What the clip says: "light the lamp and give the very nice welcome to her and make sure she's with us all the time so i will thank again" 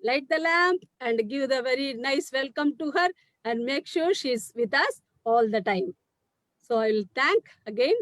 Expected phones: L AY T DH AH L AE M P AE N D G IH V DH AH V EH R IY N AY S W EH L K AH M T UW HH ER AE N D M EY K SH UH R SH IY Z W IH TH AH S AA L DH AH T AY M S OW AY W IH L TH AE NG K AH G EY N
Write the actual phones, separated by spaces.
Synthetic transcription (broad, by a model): L AY T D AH L AE M P AE N D G IH V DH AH V EH R IY N AY S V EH L K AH M T UW HH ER AE N D M EY K SH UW R SH IY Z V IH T AH S AA L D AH T AY M S OW AY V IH L T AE NG K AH G EY N